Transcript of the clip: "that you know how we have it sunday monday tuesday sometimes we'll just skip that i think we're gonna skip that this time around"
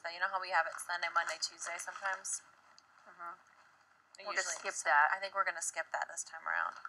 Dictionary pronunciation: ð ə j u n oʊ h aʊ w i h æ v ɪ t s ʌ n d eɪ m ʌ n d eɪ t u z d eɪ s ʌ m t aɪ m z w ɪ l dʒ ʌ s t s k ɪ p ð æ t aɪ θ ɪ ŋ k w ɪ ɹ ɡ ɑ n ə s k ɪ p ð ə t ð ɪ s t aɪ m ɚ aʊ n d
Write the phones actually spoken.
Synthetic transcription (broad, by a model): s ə j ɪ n oʊ h aʊ w i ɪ v ɪ t s ʌ n d eɪ m ʌ n d eɪ t u z d eɪ s ʌ m t aɪ m z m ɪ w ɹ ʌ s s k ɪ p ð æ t aɪ θ ɪ ŋ k w ɪ ɹ ɡ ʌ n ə s k ɪ p ð ə t ð ɪ s t aɪ m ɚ aʊ n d